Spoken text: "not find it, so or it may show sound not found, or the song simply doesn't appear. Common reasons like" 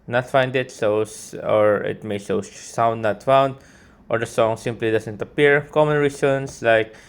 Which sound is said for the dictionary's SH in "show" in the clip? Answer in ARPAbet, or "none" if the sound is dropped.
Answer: S